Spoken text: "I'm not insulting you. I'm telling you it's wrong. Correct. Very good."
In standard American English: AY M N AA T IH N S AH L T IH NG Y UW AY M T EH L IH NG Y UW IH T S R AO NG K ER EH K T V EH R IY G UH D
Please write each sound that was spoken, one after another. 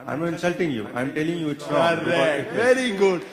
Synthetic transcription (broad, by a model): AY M IH N S AH L T IH NG Y UW AY M T EH L IH NG Y UW IH T S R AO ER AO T V EH R IY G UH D